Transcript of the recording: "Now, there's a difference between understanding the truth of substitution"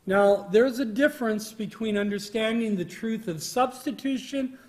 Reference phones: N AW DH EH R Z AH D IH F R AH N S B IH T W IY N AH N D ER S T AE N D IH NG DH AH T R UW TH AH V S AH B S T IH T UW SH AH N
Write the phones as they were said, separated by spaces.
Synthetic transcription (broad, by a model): N AW DH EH R Z AH D IH F R AH N S B IH T W IY N AH N D ER S T AE N D IH NG DH AH T R UW TH AH V S AH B S T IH T UW SH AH N